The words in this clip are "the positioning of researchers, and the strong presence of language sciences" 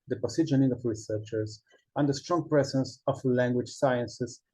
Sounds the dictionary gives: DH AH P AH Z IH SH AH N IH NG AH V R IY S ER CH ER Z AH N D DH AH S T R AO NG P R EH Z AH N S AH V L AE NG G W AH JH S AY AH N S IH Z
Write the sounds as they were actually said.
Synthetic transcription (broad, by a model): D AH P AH S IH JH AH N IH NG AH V R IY S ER CH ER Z AH N D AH S T R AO NG P R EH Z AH N S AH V L AE NG G W AH JH S AY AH N S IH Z